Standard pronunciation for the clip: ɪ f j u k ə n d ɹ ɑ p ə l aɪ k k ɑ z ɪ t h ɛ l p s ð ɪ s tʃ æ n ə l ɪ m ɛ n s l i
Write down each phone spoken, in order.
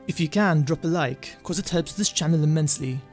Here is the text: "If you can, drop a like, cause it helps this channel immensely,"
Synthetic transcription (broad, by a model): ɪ f j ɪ k ə n d ɹ ɑ p ə l aɪ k k ɑ z ɪ t h ɛ l p s ð ɪ s tʃ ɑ n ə l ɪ m ɛ n s l i